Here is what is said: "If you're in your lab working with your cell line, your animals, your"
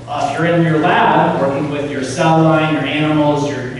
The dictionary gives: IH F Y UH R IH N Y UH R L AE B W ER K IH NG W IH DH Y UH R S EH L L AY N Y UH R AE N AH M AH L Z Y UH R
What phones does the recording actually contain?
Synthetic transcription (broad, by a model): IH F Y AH R IH N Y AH R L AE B W ER K IH NG W IH DH Y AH R S EH L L AY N Y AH R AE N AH M L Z Y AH R